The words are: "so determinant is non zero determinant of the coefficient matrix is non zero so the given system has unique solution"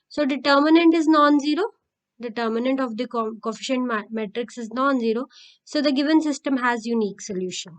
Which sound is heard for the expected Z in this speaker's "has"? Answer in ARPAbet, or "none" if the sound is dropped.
Z